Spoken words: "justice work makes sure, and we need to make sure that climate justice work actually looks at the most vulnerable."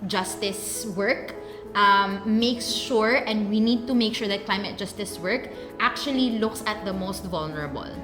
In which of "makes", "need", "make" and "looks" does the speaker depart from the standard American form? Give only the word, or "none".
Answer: none